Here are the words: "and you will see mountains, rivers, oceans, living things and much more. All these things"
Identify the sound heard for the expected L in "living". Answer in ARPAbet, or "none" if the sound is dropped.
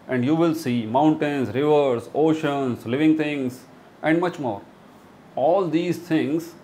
L